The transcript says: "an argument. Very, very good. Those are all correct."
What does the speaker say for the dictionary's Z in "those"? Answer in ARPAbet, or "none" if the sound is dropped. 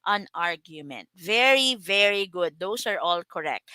S